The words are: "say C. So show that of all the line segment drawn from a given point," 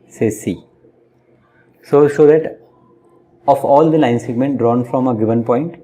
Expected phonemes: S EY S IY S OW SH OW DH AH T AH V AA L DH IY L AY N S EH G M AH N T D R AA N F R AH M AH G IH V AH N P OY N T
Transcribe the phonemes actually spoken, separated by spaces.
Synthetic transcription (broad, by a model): S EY S IY S OW S OW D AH T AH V AA L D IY L AY N S EH G M AH N T D R AA N F R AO M AH G IH V AH N P OY N T